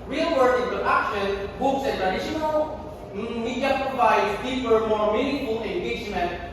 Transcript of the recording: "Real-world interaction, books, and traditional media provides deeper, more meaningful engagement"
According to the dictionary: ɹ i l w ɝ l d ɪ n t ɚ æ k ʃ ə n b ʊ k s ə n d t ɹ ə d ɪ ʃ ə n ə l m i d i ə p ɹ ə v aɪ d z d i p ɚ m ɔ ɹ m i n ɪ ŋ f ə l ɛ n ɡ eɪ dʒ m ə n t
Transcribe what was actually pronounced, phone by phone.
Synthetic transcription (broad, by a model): ɹ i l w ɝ d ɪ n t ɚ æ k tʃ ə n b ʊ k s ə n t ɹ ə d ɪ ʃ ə n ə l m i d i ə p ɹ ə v aɪ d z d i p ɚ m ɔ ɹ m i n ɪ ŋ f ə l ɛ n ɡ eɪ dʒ m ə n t